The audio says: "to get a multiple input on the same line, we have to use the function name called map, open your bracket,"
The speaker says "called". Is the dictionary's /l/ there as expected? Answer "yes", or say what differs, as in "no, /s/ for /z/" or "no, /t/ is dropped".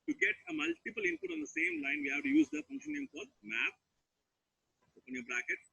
no, /l/ is dropped